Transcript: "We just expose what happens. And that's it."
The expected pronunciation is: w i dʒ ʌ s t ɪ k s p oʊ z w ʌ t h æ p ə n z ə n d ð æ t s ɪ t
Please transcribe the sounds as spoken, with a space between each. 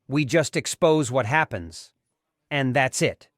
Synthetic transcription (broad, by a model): w i dʒ ʌ s t ɪ k s p oʊ z w ʌ t h æ p ə n z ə n ð æ t s ɪ t